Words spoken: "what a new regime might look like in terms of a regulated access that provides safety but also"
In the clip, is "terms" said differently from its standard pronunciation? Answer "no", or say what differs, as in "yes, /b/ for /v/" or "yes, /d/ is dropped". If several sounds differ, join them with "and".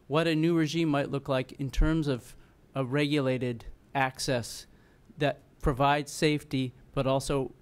no